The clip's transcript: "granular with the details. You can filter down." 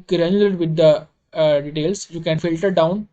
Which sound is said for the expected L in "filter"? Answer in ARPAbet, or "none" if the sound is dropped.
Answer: L